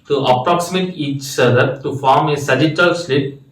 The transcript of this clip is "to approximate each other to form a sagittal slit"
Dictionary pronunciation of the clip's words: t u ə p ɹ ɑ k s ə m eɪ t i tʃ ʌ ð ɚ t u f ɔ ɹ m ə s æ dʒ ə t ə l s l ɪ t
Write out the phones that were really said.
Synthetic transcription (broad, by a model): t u ə p ɹ ɑ k s ə m eɪ t i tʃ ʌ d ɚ t u f ɔ ɹ m ə s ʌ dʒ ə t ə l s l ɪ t